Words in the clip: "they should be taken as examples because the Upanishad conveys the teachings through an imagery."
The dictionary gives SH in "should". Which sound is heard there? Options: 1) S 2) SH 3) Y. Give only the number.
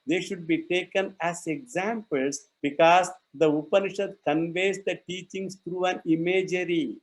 2